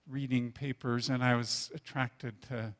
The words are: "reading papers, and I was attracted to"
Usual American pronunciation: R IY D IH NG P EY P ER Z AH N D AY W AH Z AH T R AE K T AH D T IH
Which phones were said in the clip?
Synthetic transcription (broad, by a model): R IY D IH NG P EY P ER Z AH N AY W AH Z AH T R AE K T AH D T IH